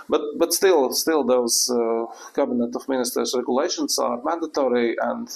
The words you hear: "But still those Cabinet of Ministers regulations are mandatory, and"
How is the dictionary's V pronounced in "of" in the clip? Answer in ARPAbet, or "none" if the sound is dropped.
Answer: F